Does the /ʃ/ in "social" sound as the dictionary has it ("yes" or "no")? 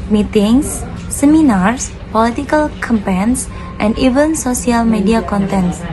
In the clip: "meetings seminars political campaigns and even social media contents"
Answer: no